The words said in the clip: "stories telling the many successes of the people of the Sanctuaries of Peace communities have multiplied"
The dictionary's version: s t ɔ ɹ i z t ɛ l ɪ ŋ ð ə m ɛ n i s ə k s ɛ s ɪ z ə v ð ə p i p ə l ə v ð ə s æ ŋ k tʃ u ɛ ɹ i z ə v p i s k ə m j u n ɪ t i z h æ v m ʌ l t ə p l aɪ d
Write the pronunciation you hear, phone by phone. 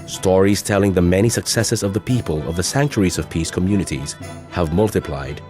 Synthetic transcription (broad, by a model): s t ɔ ɹ i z t ɛ l ɪ ŋ ð ə m ɛ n i s ə k s ɛ s ɪ z ə v ð ə p i p ə l ə v ð ə s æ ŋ k tʃ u ɹ i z ə v p i s k ə m j u n ɪ t i z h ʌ v m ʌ l t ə p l aɪ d